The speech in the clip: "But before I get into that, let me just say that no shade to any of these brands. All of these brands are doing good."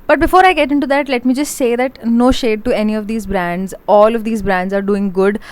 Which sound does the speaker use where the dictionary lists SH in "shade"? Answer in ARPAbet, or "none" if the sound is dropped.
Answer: SH